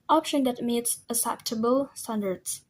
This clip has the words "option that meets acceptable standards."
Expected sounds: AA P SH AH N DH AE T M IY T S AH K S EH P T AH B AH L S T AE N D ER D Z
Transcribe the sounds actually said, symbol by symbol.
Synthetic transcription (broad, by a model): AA P SH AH N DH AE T M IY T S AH S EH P T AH B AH L S T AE N D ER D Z